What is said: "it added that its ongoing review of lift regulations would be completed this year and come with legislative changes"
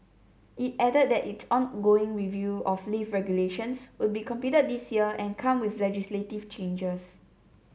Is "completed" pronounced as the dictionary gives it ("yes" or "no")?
no